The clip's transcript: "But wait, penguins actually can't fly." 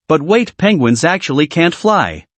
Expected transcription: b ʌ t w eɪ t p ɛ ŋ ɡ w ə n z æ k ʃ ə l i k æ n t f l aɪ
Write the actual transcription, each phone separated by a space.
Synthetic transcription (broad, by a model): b ʌ t w eɪ t p ɛ ŋ ɡ w ə n z æ k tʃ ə l i k æ n t f l aɪ